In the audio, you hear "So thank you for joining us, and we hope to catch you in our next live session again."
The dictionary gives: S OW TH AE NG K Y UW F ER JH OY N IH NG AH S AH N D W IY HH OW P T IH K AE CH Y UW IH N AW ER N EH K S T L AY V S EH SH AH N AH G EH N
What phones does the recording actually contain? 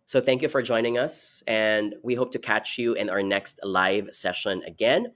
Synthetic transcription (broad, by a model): S OW TH AE NG K Y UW F ER JH OY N IH NG AH S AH N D W IY HH OW P T IH K AE CH Y UW IH N AW ER N EH K S T L AY V S EH SH AH N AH G EH N